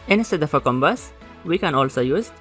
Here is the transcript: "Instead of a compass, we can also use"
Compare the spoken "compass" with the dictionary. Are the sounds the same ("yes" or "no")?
no